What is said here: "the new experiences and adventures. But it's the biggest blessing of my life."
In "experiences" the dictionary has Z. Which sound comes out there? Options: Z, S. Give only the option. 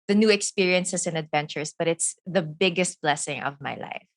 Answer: S